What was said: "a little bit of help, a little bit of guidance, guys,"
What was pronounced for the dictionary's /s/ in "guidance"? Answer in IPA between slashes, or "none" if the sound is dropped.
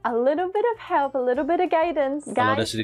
none